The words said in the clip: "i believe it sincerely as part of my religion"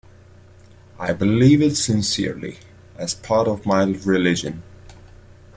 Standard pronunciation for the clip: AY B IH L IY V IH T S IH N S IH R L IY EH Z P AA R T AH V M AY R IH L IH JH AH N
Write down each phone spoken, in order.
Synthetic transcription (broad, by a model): AY B IH L IY V IH T S IH N S IH R L IY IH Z P AA R T AH V M AY R IH L IH JH AH N